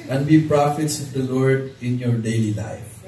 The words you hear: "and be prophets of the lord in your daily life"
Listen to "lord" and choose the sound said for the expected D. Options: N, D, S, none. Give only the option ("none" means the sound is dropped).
D